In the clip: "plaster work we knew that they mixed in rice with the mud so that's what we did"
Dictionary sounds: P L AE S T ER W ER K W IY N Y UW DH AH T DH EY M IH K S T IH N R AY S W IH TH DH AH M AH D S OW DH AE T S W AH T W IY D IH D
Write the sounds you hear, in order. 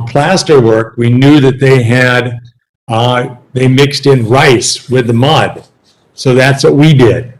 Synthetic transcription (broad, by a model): P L AE S T ER W ER K W IY N Y UW DH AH T DH EY M IH K S T IH N R AY S W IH DH AH M AH D S OW DH AE T S W AH T W IY D IH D